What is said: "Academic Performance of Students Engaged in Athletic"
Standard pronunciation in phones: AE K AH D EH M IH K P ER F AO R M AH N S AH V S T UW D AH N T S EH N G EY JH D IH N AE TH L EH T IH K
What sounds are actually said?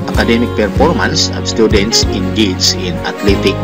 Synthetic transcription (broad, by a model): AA K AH D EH M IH K P ER F AO R M AH N S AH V S T UW D AH N T S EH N G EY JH IH N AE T L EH T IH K